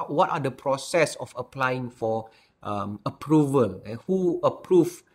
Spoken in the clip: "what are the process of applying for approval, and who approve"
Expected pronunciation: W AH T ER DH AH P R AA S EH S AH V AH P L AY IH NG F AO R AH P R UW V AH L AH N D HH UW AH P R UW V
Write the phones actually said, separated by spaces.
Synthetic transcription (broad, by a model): W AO T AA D AH P R AA S EH S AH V AH P L AY IH NG F AO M AH P R UW V AH L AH HH UW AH P R UW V